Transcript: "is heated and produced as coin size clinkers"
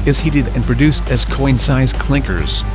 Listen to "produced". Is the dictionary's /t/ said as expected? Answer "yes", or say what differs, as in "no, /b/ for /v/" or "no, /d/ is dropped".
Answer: yes